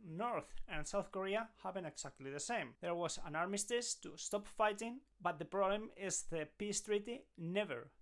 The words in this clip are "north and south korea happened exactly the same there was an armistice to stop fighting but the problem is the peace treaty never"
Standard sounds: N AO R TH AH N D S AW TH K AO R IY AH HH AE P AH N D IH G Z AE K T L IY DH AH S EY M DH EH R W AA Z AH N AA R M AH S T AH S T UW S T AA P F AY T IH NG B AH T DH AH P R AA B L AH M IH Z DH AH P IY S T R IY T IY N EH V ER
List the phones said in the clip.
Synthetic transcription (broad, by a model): N AO R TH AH N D S AW TH K AO R IY AH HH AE B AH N IH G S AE K T L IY DH AH S EY M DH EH R W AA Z AH N AA R M AH S T AH S T UW S T AA P F AY T IH NG B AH T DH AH P R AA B L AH M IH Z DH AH P IY S T R IY T IY N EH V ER